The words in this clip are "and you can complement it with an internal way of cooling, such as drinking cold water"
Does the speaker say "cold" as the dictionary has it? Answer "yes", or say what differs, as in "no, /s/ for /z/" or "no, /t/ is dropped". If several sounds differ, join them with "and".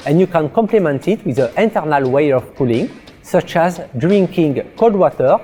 no, /l/ is dropped